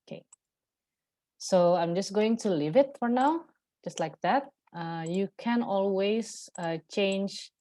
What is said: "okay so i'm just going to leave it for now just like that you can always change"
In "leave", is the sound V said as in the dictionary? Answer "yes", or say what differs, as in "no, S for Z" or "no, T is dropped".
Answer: yes